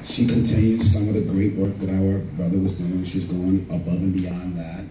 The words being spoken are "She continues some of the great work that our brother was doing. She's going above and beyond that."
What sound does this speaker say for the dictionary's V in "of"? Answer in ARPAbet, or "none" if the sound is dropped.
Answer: V